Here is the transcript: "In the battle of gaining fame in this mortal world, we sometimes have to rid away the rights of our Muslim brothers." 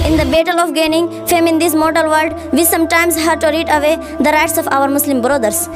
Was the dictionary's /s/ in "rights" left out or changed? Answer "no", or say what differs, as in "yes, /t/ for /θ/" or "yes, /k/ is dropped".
no